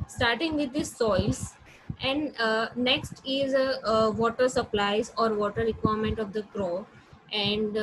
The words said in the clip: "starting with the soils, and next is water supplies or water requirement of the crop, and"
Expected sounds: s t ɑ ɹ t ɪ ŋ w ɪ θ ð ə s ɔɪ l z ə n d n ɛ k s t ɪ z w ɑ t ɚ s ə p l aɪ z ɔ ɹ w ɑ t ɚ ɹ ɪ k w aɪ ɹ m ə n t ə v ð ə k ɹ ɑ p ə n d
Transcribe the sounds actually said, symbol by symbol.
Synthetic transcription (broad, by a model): s t ɑ ɹ t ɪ ŋ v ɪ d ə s ɔɪ l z ə n d n ɛ k s t ɪ z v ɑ t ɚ s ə p l aɪ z ɔ ɹ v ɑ t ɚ ɹ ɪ k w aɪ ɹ m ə n t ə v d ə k ɹ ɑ ə n d